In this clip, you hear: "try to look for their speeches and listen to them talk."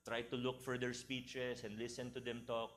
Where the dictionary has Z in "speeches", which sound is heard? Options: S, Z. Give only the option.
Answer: S